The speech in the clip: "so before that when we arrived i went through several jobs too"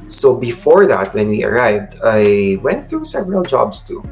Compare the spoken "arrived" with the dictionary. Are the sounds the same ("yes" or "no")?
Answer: yes